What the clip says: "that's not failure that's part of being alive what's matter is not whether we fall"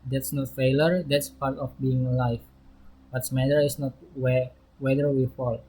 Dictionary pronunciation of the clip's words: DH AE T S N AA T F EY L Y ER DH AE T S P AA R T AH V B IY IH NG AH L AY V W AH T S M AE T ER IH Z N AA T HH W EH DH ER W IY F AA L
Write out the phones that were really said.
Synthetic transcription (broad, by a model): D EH T S N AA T F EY L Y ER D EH T S P AA R T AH F B IY IH NG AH L AY F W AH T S M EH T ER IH S N AA T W W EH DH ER W IY F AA L